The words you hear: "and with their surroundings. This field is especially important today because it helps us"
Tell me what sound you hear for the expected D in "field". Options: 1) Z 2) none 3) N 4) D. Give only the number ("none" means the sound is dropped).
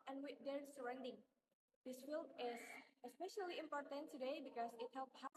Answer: 2